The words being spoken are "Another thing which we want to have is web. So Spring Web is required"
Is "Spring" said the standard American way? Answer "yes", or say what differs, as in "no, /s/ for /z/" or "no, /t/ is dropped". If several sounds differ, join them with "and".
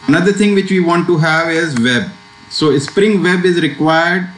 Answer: yes